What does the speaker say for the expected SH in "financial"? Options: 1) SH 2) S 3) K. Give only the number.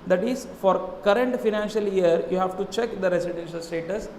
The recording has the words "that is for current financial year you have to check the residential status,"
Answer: 1